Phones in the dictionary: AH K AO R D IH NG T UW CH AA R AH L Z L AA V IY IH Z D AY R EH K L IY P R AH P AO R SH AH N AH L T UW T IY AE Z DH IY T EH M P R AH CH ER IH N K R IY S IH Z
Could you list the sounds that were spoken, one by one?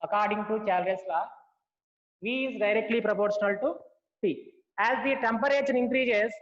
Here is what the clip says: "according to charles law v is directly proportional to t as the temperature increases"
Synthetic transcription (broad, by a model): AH K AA R D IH NG T UW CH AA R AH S L AA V IY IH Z D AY R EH K L IY P R AH P AO R SH AH N AH L T UW S IY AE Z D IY T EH M P R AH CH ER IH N K R IY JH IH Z